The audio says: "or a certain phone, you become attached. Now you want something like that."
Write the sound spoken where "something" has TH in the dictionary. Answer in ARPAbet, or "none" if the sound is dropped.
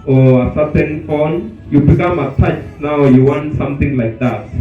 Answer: T